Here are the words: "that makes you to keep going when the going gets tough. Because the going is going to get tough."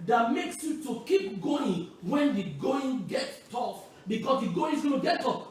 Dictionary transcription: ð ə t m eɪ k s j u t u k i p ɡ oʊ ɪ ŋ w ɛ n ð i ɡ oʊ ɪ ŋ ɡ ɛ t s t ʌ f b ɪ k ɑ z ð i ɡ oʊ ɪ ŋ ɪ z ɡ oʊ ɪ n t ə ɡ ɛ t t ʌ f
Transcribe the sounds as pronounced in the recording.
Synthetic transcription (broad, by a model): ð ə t m eɪ k s j u t u k i p ɡ oʊ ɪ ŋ w ɛ n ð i ɡ oʊ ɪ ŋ ɡ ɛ t t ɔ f b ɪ k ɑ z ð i ɡ oʊ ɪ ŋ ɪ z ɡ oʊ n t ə ɡ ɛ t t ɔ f